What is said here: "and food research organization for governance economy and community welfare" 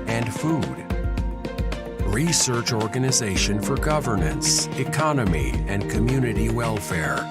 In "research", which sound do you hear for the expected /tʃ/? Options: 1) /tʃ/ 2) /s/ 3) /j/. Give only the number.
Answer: 1